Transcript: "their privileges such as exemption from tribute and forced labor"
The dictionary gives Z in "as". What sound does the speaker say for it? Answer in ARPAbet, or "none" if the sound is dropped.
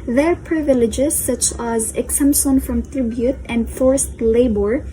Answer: Z